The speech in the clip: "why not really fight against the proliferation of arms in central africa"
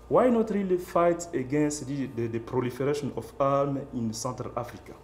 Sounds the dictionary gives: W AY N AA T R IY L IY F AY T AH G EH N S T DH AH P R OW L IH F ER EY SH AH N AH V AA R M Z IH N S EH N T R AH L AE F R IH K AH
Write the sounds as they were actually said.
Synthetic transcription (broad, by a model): W AY N AA T R IY L IY F AY T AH G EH N S T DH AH P R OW L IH F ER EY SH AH N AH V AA M IH N S EH N T R AH L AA F R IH K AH